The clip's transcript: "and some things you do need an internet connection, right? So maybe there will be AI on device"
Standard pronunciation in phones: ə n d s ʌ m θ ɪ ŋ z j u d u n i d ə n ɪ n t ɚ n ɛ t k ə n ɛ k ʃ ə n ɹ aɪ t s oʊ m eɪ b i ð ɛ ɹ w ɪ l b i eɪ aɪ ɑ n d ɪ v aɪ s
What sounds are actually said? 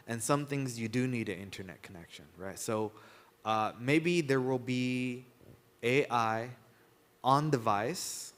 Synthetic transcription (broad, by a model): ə n s ʌ m θ ɪ ŋ z j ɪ d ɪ n i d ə ɪ n t ɚ n ɛ t k ə n ɛ k ʃ ə n ɹ aɪ t s oʊ m eɪ b i ð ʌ ɹ w ɪ l b i eɪ aɪ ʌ n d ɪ v aɪ s